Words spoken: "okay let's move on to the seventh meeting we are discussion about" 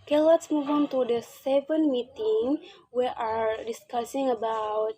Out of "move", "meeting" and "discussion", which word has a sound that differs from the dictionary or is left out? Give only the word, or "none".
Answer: discussion